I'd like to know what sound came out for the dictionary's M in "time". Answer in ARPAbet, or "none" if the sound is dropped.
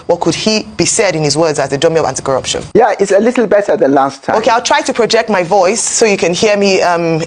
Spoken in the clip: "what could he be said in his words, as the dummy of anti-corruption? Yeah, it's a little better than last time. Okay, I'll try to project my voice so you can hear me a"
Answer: none